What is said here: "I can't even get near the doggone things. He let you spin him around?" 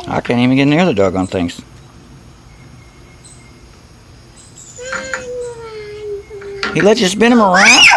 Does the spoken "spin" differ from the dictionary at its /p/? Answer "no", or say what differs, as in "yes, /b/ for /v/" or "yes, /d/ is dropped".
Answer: yes, /b/ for /p/